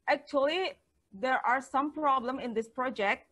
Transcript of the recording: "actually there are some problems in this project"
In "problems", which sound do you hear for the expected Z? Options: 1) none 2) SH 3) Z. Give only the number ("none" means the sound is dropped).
1